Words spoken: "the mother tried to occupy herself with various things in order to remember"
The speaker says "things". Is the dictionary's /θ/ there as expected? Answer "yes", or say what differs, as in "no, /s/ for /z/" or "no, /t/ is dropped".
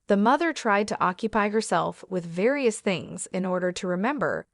yes